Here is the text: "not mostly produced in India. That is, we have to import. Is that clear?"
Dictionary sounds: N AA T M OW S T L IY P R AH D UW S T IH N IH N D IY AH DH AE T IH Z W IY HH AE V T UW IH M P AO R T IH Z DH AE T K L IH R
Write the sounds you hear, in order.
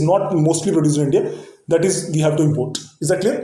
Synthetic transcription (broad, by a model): N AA T M OW S T L IY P R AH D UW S IH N IH N D IY AH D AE T IH Z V IY HH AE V T UW IH M P AO R T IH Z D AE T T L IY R